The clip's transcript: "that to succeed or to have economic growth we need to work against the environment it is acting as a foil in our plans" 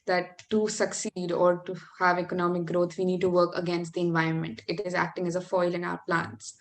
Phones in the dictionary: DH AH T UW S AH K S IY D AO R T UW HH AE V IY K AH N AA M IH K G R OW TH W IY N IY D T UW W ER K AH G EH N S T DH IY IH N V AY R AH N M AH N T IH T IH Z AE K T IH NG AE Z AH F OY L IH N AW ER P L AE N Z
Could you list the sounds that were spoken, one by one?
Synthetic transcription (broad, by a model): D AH T UW S AH K S IY D AO R T UW HH AE V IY K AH N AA M IH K G R OW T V IY N IY D T UW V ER K AH G EH N S T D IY IH N V AY R AH N M AH N T IH T IH Z AE K T IH NG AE Z AH F OY L IH N AW ER P L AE N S